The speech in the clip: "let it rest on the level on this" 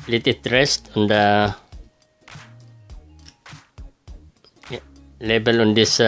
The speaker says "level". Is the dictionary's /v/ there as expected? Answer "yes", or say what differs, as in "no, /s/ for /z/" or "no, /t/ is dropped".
no, /b/ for /v/